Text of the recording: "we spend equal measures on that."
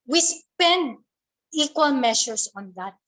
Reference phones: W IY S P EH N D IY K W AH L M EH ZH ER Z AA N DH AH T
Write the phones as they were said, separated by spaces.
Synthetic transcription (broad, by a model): W IY S P EH N D IY K W AH L M EH SH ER S AA N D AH T